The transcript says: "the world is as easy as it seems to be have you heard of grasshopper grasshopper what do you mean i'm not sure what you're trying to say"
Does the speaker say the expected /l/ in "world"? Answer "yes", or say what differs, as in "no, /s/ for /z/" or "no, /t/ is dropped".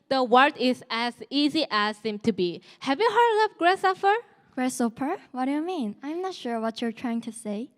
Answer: no, /l/ is dropped